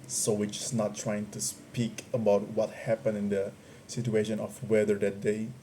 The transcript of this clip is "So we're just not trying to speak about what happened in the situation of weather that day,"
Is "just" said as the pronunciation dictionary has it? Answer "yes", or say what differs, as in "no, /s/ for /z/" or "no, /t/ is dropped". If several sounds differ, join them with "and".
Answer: no, /tʃ/ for /dʒ/